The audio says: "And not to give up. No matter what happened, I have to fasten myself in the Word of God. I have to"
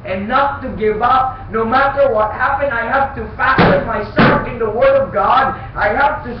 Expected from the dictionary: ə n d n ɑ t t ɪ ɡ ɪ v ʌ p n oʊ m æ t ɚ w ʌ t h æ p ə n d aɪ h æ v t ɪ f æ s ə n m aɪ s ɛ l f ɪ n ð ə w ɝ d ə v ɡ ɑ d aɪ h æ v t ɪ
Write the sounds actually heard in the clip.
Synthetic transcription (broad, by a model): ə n n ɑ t t ɪ ɡ ɪ v ʌ p n oʊ m æ t ɚ w ʌ t h æ p ə n d aɪ h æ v t ɪ f æ s ə n m aɪ s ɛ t ɪ n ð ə w ɝ d ə v ɡ ɑ d aɪ h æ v t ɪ